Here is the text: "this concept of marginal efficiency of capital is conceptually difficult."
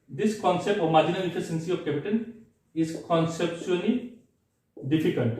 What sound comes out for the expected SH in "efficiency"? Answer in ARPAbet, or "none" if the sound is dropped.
S